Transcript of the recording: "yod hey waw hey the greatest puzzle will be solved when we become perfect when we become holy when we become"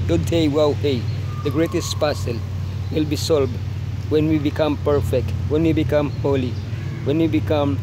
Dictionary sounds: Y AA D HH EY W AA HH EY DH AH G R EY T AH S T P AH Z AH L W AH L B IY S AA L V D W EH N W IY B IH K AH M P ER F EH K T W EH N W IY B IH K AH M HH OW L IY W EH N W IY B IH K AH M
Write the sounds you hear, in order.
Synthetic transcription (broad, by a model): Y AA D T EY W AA HH EY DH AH G R EY T AH S T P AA S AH L W AH L B IY S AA L B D W EH N W IY B IH K AH M P ER F EH K T W EH N W IY B IH K AH M HH OW L IY W EH N W IY B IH K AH M